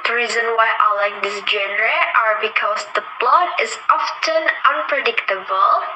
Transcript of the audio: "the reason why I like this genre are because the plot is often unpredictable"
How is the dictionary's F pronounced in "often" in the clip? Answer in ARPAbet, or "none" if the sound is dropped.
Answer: F